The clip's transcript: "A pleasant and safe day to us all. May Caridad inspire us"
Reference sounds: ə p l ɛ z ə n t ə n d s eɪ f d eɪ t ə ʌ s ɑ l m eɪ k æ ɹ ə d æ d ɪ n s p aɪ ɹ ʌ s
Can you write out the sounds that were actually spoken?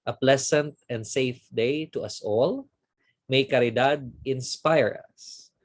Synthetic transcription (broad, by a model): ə p l ɛ s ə n t ə n d s eɪ f d eɪ t ə ʌ s ɑ l m eɪ k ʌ ɹ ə d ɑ d ɪ n s p aɪ ɹ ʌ s